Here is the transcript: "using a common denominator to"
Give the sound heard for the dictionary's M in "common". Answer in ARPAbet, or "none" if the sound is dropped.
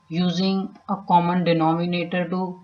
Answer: M